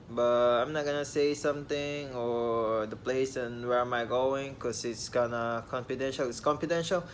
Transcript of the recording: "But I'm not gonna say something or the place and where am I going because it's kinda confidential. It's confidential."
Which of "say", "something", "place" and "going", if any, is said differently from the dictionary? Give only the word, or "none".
something